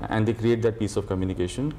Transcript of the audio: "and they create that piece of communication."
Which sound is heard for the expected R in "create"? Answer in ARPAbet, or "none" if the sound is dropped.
R